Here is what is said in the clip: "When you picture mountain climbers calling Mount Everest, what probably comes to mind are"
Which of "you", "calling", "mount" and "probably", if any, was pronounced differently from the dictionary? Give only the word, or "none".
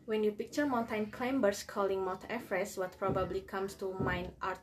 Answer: mount